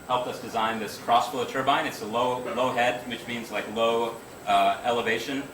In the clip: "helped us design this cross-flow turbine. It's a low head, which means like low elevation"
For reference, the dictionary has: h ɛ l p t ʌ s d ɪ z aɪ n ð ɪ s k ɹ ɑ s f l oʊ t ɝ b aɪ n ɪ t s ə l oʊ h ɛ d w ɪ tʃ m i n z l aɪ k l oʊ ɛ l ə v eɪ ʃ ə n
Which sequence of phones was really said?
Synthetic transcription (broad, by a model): h ɛ l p ʌ s d ɪ z aɪ n ð ɪ s k ɹ ɑ s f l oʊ t ɝ b aɪ n ɪ t s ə l oʊ h ɛ d w ɪ tʃ m i n z l aɪ k l oʊ ɛ l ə v eɪ ʃ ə n